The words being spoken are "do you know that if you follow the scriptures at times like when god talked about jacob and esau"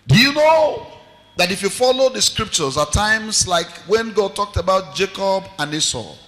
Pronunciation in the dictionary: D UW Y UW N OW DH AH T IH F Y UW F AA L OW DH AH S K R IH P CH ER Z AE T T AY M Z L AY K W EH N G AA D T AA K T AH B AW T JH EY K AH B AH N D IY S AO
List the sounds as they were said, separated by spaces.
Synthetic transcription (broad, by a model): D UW Y UW N OW DH AH T IH F Y UW F AA L OW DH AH S K R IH P CH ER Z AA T T AY M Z L AY K W EH N G AA D T AA K T AH B AW T JH EY K AH B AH N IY S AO